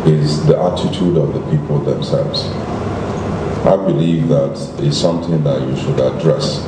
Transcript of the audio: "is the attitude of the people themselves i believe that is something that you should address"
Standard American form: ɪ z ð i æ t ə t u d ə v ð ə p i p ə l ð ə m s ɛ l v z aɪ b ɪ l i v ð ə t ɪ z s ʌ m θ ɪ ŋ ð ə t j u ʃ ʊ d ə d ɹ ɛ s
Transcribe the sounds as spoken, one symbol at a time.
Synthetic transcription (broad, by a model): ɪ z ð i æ t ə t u d ə v ð ə p i p ə l ð ə m s ɛ l v z aɪ b ɪ l i v ð ə t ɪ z s ʌ m θ ɪ ŋ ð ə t j u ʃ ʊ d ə d ɹ ɛ s